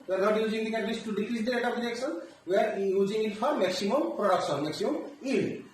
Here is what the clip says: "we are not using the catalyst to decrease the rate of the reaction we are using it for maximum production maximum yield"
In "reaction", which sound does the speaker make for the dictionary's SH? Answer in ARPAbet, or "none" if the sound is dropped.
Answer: S